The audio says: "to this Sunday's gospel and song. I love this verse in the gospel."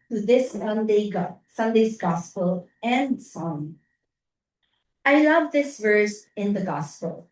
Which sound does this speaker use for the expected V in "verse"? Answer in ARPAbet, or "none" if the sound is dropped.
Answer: V